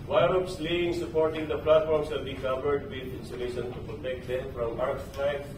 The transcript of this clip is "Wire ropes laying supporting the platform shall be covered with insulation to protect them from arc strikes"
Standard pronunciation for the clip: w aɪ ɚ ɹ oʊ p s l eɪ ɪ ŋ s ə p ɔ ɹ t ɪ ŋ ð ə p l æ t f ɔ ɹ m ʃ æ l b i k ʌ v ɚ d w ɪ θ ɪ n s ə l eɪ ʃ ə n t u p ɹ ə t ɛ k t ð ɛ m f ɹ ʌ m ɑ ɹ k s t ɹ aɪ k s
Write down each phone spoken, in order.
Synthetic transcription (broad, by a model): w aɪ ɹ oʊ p s l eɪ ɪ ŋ s ə p ɔ ɹ t ɪ ŋ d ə p l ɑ t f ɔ ɹ m s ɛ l b i k ʌ v ɚ d w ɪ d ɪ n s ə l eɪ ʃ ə n t u p ɹ ə t ɛ k t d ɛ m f ɹ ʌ m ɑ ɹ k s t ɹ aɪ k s